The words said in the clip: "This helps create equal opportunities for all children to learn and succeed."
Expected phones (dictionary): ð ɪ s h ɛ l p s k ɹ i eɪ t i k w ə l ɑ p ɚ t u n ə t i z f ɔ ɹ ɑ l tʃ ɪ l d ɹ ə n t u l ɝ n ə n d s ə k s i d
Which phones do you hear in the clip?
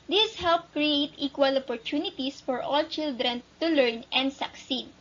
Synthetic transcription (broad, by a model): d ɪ s h ɛ l p k ɹ i eɪ t i k w ə l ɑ p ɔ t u n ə t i s f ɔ ɹ ɑ l tʃ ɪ l d ɹ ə n t u l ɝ n ə n d s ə k s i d